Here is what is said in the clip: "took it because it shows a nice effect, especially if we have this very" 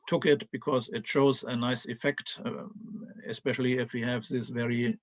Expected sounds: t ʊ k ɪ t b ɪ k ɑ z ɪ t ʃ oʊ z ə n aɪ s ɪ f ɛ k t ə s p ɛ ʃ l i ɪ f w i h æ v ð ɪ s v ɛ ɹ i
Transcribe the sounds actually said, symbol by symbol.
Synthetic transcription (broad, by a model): t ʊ k ɪ t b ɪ k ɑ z ɪ t ʃ oʊ z ə n aɪ s ɪ f ɛ k t ə s p ɛ ʃ l i ɪ f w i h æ v ð ɪ s v ɛ ɹ i